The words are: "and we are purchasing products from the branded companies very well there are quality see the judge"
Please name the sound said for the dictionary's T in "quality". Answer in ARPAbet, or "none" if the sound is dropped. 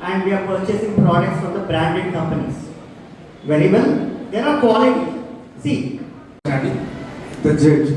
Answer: S